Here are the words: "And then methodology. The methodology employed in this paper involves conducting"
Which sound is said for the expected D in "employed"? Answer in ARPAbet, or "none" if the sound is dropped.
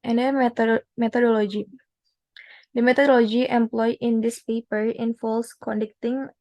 none